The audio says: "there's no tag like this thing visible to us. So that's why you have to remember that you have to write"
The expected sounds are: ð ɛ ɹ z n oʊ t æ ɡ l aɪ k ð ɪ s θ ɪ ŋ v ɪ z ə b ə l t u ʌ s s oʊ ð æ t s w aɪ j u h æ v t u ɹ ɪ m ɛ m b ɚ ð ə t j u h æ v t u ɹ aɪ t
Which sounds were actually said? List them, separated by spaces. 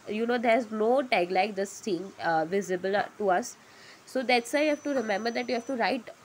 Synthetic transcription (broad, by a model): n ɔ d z n oʊ t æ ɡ l aɪ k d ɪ s t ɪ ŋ v ɪ z ə b ə l t u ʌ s s oʊ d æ t s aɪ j h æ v t u ɹ ɪ m ɛ m b ɚ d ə t j u h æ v t u ɹ aɪ t